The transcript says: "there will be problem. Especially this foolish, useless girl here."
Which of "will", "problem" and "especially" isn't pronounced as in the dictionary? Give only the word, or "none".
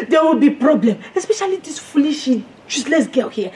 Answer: none